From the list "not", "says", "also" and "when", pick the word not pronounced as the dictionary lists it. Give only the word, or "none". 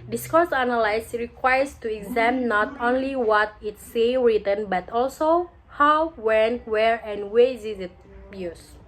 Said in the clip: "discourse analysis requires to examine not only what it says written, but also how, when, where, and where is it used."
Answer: says